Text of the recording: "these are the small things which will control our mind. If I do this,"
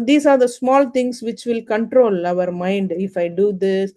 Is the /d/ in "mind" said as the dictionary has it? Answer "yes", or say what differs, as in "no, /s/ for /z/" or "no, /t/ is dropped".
yes